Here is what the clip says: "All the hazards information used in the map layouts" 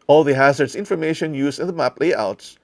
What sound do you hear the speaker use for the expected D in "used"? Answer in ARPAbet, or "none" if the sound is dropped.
none